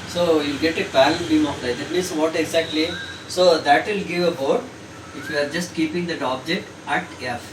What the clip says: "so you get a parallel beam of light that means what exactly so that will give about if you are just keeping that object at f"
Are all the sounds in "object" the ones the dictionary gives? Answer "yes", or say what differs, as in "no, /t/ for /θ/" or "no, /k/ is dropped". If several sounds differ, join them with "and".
yes